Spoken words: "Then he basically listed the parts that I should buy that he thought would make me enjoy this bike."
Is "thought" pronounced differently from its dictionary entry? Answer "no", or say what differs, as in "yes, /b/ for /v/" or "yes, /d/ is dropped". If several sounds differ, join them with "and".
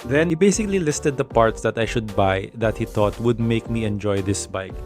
yes, /t/ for /θ/